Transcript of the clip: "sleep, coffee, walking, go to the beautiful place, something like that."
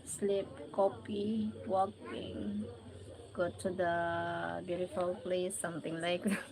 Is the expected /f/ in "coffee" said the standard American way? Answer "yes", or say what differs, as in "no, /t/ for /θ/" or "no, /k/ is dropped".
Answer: no, /p/ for /f/